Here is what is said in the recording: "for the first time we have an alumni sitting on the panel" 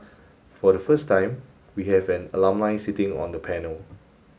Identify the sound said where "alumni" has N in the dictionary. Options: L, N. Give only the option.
L